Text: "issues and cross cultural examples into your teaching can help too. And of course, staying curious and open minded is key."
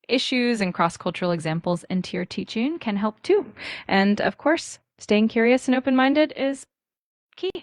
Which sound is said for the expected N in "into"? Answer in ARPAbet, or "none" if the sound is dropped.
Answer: N